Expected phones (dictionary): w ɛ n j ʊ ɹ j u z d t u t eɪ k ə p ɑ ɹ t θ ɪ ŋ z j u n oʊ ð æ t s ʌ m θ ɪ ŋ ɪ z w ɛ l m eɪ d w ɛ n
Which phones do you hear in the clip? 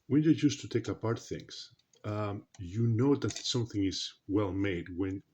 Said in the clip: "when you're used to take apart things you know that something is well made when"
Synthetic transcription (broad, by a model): w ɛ n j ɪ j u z t u t eɪ k ə p ɑ ɹ t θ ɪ ŋ s j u n oʊ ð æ t s ʌ m θ ɪ ŋ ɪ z w ɛ l m eɪ d w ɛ n